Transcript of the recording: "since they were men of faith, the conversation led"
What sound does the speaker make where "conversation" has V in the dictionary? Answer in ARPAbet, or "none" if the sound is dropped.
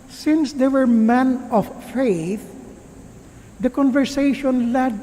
V